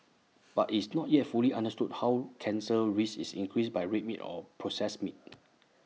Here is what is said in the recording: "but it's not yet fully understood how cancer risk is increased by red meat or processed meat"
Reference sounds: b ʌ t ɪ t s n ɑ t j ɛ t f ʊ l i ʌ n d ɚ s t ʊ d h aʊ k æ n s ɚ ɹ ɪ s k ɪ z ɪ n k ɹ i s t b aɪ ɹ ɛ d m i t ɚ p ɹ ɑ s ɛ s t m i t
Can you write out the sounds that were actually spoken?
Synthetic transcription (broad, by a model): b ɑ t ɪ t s n ɑ t j ɛ t f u l i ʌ n d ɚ s t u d h aʊ k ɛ n s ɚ ɹ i s ɪ s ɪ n k ɹ i s b aɪ ɹ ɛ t m i t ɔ p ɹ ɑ s ɛ s m i t